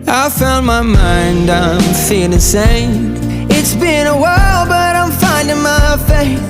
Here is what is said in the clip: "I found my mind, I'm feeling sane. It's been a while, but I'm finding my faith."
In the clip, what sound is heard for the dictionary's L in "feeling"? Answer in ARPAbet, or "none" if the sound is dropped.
none